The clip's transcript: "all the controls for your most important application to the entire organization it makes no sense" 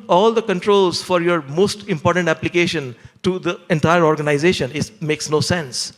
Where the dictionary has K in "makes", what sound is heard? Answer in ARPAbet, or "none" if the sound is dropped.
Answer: K